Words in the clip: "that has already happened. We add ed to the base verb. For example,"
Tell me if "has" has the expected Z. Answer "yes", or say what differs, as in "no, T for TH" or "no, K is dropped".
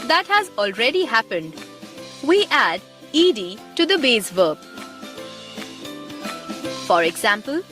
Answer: yes